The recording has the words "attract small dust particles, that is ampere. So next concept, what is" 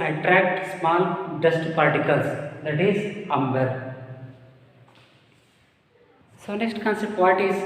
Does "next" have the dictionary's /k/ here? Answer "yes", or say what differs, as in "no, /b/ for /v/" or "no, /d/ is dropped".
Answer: no, /k/ is dropped